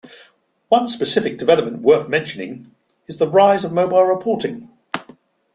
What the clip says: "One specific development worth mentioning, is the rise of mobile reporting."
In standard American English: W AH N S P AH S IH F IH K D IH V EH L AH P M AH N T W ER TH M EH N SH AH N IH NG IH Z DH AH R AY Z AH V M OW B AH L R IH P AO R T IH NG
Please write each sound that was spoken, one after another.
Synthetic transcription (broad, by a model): W AH N S P AH S IH F IH K D IH V EH L AH P M AH N T W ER TH M EH N SH AH N IH NG IH Z DH AH R AY Z AH V M OW B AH L R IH P AO T IH NG